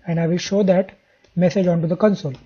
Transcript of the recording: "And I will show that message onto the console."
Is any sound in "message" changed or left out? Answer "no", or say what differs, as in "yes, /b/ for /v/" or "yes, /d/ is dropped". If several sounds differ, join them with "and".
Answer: no